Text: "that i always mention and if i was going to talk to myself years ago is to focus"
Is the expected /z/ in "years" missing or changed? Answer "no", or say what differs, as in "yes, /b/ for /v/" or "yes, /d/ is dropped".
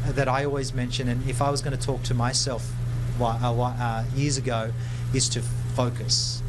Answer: no